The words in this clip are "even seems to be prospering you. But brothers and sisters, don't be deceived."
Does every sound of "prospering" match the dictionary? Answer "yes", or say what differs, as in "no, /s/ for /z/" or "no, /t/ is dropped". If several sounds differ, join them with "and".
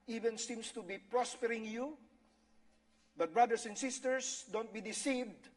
yes